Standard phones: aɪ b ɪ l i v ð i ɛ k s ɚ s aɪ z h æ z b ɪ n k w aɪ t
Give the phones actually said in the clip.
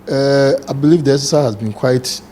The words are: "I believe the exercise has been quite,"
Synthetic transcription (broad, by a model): aɪ b ɪ l i v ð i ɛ s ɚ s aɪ h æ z b ɪ n k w aɪ t